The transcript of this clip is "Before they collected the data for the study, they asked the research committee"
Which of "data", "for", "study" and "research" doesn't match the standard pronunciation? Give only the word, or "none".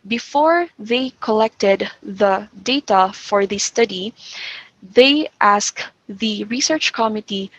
none